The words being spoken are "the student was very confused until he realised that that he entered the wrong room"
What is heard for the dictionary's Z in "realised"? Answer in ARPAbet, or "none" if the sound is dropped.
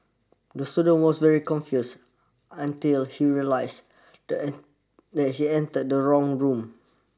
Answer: S